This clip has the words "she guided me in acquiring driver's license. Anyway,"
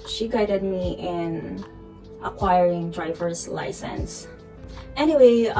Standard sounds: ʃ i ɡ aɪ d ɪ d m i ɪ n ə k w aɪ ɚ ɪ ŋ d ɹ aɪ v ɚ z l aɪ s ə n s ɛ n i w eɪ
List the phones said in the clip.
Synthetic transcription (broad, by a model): ʃ i ɡ aɪ d ɪ d m i ɪ n ə k w aɪ ɚ ɪ ŋ d ɹ aɪ v ɚ z l aɪ s ə n s ɛ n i w eɪ